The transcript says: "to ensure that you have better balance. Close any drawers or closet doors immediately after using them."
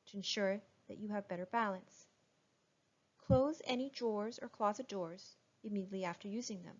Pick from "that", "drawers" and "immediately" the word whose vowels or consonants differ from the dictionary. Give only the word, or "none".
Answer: none